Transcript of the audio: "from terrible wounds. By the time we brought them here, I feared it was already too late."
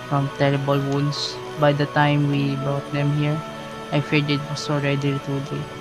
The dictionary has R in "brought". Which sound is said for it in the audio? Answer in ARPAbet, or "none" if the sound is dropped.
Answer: none